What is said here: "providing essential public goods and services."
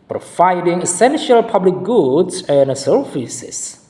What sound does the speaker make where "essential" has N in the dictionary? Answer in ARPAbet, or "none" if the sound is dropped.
N